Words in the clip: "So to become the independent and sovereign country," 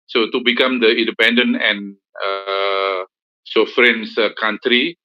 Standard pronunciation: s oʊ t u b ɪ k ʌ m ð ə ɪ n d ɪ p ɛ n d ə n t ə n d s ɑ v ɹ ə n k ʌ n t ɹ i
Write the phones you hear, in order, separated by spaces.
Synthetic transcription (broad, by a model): s oʊ t u b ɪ k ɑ m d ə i n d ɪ p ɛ n d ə n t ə n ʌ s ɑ f ɹ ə n k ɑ n t ɹ i